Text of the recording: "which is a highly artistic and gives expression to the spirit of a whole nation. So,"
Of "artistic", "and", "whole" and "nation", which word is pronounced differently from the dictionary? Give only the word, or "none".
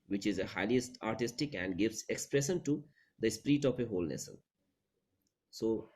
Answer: nation